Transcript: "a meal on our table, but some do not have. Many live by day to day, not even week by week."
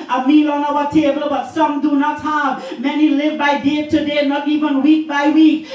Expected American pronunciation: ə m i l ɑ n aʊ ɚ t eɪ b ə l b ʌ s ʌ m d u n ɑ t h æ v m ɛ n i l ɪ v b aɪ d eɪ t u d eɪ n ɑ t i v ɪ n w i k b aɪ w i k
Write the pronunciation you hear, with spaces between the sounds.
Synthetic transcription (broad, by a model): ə m i l ɑ n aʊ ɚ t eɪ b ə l b ʌ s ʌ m d u n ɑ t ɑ b m ɛ n i l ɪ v b aɪ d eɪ t u d eɪ n ɑ t i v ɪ n w i k b aɪ w i k